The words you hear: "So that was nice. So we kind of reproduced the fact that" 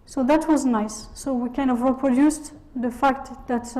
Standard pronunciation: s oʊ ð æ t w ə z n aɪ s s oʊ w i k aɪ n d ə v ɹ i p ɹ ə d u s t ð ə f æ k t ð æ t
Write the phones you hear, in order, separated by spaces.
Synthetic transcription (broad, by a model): s oʊ ð æ t w ə z n aɪ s s oʊ w i k aɪ n d ə v ɹ i p ɹ ə d u s t ð ə f æ k t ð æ t